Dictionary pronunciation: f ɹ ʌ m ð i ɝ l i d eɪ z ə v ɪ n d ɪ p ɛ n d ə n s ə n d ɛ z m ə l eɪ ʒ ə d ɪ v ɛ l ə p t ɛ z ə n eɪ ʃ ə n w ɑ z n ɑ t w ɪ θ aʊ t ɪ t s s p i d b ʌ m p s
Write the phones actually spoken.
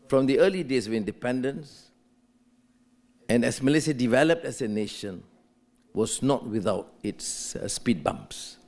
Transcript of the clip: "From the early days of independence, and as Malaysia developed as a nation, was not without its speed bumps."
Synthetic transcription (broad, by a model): f ɹ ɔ m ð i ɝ l i d eɪ s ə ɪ n d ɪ p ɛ n d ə n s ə n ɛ s m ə l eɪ s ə d ɪ v ɛ l ə p t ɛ s ə n eɪ ʃ ə n w ɑ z n ɑ t w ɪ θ aʊ t ɪ t s s p i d b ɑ m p s